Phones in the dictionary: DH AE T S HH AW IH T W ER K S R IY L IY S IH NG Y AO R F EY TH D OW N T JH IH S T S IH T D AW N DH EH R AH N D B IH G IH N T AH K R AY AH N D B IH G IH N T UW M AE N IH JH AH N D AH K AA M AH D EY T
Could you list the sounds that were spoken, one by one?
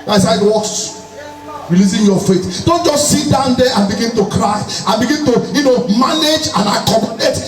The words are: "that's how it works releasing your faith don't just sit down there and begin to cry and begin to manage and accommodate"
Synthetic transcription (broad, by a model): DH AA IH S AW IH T W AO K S R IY L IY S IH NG Y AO F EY T D OW N T JH IH S T S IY T D AW N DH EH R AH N B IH G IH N T AH K R AY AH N B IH G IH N T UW M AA N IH JH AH N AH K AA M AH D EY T